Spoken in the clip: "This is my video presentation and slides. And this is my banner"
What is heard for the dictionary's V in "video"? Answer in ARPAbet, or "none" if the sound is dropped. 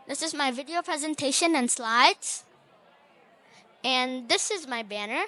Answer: V